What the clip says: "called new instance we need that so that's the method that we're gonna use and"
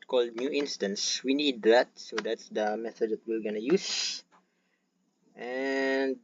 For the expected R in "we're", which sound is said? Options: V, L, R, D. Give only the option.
L